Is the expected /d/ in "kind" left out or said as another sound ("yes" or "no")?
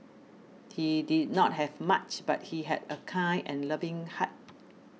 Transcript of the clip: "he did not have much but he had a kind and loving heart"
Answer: yes